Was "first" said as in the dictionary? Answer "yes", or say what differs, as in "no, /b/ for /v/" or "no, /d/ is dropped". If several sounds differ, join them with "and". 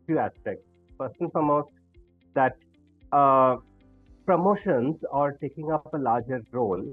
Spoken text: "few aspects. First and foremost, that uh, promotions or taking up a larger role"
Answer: no, /p/ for /f/ and /t/ is dropped